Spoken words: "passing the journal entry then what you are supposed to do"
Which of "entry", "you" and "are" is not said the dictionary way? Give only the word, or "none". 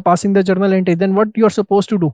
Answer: entry